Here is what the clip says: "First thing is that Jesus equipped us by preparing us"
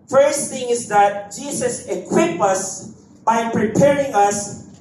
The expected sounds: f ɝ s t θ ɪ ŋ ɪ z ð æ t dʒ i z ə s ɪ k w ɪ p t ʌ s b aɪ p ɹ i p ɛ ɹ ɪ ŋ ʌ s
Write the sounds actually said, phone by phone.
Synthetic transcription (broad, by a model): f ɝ s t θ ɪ ŋ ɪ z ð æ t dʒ i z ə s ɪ k w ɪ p ʌ s b aɪ p ɹ i p ɛ ɹ ɪ ŋ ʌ s